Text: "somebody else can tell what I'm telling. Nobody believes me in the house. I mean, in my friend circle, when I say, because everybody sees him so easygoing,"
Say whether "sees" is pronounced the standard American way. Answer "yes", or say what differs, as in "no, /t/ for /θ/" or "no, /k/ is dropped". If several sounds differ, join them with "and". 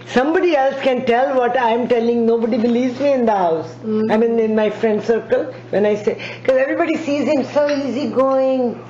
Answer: yes